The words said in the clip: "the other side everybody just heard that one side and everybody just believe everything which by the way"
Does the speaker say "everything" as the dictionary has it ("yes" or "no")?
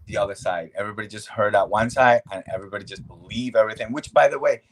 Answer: yes